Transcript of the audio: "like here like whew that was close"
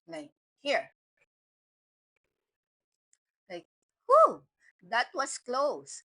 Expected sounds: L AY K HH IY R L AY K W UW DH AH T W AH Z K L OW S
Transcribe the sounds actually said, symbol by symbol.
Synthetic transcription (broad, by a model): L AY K HH IY R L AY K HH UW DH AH T W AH S K L OW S